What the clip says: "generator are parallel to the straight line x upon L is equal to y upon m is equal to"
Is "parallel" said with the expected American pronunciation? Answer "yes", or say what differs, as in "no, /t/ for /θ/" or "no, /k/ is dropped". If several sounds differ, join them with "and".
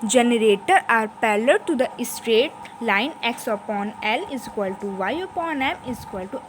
no, /l/ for /ɹ/